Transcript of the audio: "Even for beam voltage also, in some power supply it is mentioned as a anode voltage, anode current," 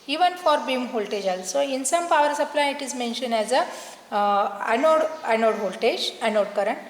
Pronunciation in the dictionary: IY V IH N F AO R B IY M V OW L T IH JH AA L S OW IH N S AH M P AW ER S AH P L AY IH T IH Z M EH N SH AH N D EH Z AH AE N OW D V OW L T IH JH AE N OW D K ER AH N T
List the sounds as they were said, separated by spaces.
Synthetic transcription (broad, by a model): IY V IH N F AO R B IY M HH OW L T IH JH AA L S OW IH N S AH M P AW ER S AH P L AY IH T IH Z M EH N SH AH N EH Z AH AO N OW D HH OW L T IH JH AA N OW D K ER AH N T